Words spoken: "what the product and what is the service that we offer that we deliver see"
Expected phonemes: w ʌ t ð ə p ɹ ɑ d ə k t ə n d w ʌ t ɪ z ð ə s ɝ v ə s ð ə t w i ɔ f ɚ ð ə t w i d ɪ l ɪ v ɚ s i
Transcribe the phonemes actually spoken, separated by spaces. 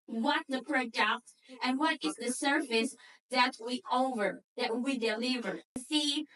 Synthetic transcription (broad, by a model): w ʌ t ð ə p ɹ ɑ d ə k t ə n w ʌ t ɪ z ð ə s ɝ f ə s ð ə t w i ɔ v ɚ ð ə t w i d ɪ l ɪ v ɚ s i